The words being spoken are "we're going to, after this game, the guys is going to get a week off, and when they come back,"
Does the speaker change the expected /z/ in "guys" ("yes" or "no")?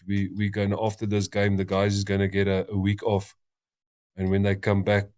no